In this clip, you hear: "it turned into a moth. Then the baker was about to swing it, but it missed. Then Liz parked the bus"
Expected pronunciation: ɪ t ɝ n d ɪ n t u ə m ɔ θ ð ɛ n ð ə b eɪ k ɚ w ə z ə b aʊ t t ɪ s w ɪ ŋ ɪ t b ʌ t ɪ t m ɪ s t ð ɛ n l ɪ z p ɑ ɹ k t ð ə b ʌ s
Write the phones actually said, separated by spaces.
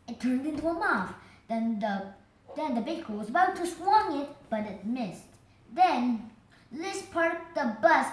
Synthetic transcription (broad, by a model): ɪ t ɝ n d ɪ n t u ə m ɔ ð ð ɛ n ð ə b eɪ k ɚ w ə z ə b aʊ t t ɪ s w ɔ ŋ ɪ t b ʌ t ɪ t m ɪ s t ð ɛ n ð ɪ s p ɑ ɹ t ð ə b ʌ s